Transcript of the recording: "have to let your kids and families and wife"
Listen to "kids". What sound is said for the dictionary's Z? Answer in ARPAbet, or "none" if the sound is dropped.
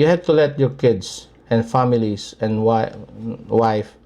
S